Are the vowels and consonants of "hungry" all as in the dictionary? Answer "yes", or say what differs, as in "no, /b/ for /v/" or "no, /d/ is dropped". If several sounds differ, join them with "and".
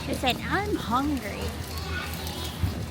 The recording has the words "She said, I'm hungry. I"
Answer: yes